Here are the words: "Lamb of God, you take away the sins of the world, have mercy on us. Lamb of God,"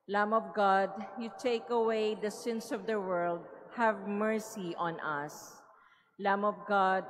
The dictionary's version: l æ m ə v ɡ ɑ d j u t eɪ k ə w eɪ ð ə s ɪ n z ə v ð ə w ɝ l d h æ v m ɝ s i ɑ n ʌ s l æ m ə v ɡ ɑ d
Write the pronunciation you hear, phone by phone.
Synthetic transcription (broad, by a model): l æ m ə v ɡ ɑ d j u t eɪ k ə w eɪ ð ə s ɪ n s ə v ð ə w ɝ l d h æ v m ɝ s i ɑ n ʌ s l æ m ə v ɡ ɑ d